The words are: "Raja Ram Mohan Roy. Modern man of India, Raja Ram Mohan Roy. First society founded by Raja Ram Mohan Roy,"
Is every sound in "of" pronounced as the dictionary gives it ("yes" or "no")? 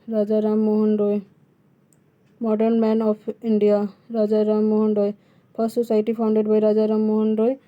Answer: no